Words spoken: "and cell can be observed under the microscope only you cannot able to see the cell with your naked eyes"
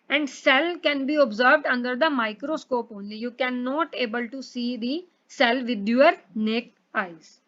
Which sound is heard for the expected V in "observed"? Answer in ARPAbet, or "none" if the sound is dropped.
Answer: V